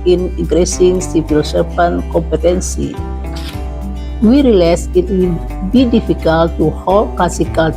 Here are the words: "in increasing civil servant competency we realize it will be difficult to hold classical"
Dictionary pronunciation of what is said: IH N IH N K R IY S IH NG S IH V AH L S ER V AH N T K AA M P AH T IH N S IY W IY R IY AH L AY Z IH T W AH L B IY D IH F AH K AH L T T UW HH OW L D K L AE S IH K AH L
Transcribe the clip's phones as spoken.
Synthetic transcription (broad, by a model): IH N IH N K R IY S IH NG S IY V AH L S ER P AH N K AA M P AH T IH N S IY W IY R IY L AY S IH T W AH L B IY D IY F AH K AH L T T UW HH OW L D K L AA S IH K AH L